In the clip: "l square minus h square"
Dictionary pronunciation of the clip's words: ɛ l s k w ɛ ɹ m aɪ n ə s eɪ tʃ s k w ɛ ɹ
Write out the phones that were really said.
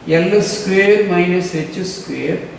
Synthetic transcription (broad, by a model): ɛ l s k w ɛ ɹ m aɪ n ə s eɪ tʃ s k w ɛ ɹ